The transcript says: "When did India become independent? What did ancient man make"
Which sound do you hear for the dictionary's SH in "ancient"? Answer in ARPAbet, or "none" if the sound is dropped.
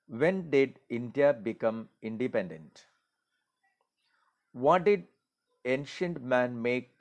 SH